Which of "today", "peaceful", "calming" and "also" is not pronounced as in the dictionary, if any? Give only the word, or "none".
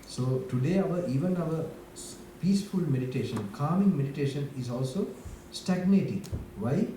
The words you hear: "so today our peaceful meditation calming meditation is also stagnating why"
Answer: none